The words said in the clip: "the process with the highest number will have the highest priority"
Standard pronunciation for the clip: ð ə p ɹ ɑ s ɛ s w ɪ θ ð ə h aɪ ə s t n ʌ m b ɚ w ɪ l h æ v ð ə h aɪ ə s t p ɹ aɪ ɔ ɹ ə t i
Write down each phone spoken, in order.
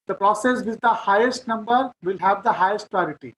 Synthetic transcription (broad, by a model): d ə p ɹ ɑ s ɛ s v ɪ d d ə h aɪ ə s t n ʌ m b ɚ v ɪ l h æ v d ə h aɪ ə s t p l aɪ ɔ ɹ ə t i